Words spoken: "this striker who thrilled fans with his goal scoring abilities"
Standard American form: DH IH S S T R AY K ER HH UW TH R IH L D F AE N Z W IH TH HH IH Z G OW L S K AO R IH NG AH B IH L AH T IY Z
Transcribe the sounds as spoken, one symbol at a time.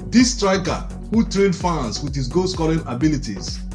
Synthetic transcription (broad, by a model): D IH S S T R AY K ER HH UW T R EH N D F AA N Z W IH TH HH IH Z G OW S K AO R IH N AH B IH L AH T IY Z